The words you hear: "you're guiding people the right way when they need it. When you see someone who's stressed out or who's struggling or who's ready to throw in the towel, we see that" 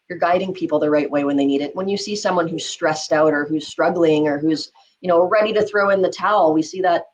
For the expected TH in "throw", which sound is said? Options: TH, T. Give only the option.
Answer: TH